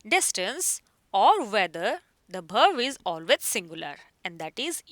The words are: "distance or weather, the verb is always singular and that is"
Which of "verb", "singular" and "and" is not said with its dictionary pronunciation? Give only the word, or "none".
verb